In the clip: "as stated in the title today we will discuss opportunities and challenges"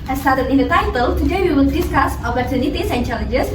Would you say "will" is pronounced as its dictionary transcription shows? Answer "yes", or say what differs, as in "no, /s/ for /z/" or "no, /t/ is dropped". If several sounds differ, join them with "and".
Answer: no, /n/ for /l/